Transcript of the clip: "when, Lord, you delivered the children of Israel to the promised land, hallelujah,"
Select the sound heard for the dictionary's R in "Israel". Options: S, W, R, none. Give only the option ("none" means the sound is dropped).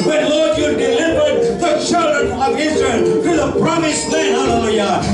R